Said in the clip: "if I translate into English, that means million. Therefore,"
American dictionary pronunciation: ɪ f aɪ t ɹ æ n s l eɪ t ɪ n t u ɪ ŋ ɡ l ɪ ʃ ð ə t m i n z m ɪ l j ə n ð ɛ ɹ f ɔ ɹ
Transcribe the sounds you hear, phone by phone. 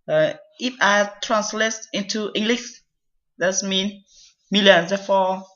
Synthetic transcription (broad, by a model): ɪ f aɪ t ɹ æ n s l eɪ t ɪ n t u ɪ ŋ ɡ l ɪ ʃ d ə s m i n m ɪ l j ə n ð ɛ f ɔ